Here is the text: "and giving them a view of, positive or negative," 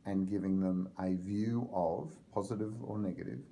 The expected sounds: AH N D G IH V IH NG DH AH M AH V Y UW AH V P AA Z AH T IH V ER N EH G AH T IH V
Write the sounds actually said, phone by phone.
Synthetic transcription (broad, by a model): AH N G IH V IH NG DH AH M AH V Y UW AH V P AA Z AH T IH V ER N EH G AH T IH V